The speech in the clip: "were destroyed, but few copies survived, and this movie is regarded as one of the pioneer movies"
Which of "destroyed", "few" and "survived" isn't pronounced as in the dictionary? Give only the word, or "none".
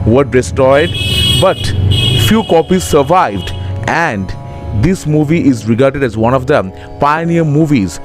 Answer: destroyed